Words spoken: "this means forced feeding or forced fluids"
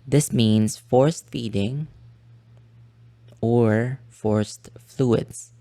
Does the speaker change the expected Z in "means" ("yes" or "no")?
yes